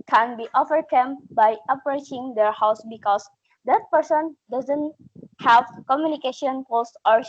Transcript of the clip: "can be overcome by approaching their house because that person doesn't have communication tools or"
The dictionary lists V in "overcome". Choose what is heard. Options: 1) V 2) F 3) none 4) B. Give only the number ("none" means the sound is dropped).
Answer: 2